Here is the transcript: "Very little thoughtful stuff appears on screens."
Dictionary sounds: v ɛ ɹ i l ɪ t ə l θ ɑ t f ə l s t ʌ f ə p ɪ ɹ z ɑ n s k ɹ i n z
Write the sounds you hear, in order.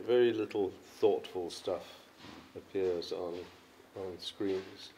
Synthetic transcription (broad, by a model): v ɛ ɹ i l ɪ t l θ ɑ t f ə l s t ʌ f ə p ɪ ɹ z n n s k ɹ i n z